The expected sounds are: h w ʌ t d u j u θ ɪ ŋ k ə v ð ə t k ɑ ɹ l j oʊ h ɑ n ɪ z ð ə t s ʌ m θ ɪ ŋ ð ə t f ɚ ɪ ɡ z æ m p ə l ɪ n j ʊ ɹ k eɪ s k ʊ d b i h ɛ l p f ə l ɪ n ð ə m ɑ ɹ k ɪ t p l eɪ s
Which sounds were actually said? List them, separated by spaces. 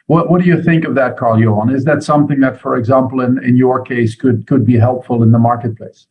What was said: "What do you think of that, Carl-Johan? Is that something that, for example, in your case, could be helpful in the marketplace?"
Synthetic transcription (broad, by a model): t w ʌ t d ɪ j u θ ɪ ŋ k ə v ð ə t k ɑ ɹ l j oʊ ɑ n ɪ z ð ə t s ʌ m θ ɪ ŋ ð ə t f ɚ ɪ ɡ z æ m p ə n ɪ n j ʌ ɹ k eɪ s k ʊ d b i h ɛ l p f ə l ɪ n ð ə m ɑ ɹ k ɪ t p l eɪ s